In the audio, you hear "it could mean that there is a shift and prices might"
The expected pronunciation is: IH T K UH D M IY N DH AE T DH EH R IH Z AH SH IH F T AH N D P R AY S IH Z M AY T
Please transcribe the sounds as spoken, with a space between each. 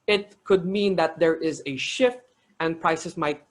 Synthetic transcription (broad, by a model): IH T K UH D M IY N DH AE T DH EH R IH Z AH SH IH F T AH N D P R AY S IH S M AY T